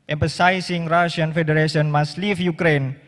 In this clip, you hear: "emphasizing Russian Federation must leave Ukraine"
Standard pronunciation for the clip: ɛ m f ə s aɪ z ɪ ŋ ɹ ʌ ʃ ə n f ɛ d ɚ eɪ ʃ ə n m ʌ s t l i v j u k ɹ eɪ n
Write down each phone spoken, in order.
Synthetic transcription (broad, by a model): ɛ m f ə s aɪ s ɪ ŋ ɹ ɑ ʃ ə n f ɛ d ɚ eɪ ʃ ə n m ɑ s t l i f j u k ɹ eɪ n